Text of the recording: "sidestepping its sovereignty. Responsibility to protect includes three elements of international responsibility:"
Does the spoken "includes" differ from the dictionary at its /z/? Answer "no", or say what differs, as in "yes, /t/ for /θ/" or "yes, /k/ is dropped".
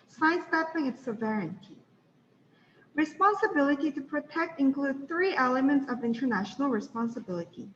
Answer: yes, /z/ is dropped